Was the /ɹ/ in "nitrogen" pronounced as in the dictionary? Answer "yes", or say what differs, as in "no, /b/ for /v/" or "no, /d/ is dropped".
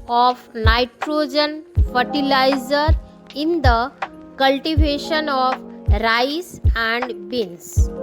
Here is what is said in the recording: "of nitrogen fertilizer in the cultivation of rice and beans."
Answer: yes